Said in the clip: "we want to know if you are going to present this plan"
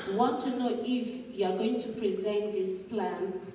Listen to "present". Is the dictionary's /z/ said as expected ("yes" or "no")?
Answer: yes